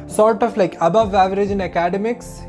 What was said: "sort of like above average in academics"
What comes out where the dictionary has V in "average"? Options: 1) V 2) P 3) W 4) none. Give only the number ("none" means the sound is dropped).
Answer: 1